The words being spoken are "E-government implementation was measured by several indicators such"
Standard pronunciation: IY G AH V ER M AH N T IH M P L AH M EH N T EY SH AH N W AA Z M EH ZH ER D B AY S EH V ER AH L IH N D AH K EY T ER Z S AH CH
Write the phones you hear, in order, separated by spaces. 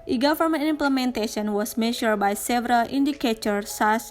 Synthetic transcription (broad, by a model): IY G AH F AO M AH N IH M P L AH M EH N T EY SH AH N W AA S M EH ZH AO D B AY S EH V ER AH L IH N D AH K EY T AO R S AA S